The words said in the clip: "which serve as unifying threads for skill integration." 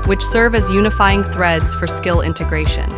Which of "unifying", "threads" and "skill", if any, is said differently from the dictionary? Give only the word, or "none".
none